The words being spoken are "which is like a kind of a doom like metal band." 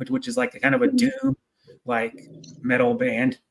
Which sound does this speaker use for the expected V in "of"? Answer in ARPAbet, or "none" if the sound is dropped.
V